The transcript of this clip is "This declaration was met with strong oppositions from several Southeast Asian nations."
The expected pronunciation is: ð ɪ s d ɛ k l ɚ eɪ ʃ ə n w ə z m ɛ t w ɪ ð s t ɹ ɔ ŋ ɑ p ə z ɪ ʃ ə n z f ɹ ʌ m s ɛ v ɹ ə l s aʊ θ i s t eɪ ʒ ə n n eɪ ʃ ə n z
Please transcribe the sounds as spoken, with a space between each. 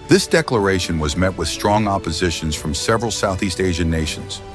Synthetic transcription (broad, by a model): ð ɪ s d ɛ k l ɚ eɪ ʃ ə n w ə z m ɛ t w ɪ ð s t ɹ ɔ ŋ ɑ p ə z ɪ ʃ ə n z f ɹ ʌ m s ɛ v ɹ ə l s aʊ θ i s t eɪ ʒ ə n n eɪ ʃ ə n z